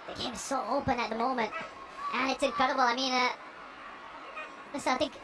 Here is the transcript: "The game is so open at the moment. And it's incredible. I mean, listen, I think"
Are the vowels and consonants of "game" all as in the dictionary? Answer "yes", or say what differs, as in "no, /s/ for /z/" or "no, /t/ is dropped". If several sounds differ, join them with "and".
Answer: no, /m/ is dropped